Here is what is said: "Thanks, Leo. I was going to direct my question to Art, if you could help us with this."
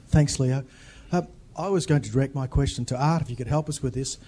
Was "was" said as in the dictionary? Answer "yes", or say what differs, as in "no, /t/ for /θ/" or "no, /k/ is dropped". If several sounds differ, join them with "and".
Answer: yes